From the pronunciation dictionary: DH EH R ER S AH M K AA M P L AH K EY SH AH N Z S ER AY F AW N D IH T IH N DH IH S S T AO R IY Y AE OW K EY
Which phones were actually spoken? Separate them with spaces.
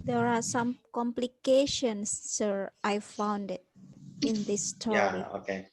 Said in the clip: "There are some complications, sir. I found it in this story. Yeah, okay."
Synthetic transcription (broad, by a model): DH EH R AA S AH M K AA M P L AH K EY SH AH N S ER AY F AW N D IH T IH N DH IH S S T AO IY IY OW K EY